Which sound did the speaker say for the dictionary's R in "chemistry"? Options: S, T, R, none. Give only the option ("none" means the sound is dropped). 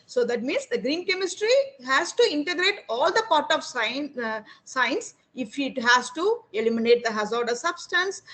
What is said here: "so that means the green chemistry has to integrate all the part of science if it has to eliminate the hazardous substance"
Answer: R